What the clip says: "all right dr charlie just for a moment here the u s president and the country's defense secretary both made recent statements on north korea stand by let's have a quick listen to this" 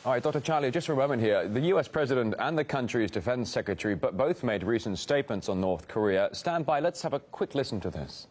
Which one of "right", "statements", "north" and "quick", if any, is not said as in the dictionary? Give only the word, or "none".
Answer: none